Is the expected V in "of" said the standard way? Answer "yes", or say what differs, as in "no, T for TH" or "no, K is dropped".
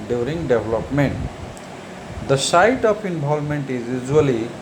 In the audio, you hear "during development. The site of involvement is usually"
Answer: no, P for V